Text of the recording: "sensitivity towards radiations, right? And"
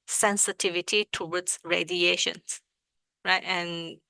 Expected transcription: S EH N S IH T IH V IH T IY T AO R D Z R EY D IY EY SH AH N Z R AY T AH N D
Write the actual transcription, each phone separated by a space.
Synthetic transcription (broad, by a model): S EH N S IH T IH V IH T IY T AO W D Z R EY D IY EY SH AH N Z R AY T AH N